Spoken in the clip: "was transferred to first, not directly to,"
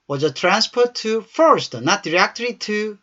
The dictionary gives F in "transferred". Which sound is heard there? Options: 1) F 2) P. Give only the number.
2